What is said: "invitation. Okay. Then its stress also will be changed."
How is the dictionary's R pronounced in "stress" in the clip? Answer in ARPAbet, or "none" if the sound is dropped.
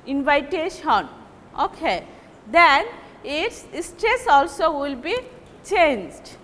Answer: R